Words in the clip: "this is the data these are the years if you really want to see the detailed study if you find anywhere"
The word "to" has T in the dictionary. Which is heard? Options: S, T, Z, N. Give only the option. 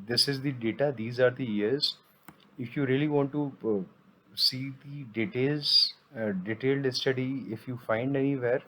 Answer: S